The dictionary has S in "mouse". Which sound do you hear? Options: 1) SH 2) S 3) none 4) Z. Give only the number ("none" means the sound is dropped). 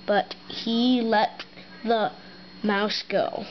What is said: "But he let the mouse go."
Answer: 2